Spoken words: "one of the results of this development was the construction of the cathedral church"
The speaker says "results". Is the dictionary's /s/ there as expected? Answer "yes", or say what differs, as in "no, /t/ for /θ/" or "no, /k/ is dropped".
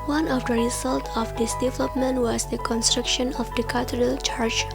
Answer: no, /s/ is dropped